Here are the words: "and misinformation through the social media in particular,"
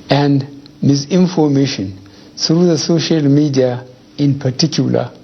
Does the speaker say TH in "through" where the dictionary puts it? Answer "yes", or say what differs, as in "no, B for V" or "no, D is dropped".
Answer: no, S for TH